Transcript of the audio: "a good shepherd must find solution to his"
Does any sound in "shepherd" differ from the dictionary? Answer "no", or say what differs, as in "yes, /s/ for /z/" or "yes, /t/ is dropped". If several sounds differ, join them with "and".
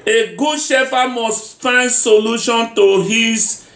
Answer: yes, /f/ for /p/